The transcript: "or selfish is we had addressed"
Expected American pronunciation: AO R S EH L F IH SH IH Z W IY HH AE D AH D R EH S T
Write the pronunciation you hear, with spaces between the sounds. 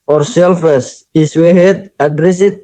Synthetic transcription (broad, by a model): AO R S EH L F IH S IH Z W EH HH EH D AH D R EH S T